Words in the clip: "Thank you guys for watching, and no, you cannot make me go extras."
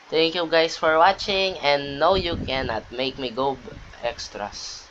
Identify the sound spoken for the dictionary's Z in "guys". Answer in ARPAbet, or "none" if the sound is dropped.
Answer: S